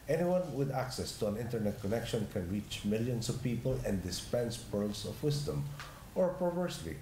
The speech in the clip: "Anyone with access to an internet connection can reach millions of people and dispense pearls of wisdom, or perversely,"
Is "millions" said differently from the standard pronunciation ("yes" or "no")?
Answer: yes